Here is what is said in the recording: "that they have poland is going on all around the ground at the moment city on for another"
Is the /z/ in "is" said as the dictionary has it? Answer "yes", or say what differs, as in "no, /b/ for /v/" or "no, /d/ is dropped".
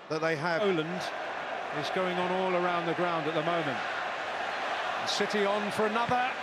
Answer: yes